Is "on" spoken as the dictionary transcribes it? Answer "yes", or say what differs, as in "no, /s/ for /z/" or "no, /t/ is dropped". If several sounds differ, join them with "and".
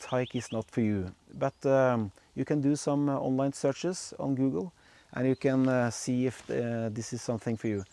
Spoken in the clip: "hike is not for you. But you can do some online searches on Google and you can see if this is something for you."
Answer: yes